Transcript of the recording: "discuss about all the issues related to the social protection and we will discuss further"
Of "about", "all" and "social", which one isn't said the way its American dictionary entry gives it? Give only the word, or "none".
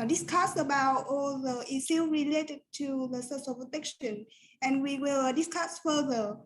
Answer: social